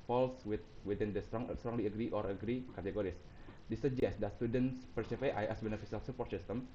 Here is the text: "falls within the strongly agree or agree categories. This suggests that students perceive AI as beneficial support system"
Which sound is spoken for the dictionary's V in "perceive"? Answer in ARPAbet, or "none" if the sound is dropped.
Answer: F